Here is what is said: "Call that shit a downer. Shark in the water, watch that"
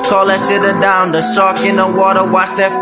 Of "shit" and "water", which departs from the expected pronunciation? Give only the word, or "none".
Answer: shit